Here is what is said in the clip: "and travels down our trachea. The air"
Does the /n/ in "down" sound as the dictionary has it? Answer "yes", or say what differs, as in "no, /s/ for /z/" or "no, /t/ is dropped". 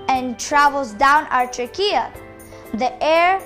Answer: yes